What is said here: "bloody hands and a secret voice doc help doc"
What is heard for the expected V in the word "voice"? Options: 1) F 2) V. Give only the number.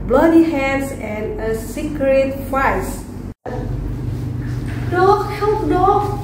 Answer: 1